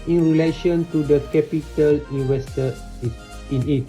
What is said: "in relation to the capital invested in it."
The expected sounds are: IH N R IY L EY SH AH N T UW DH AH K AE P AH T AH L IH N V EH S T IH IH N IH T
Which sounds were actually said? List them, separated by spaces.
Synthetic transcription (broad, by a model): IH N R IY L EY SH AH N T UW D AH K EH P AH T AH L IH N W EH S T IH IH N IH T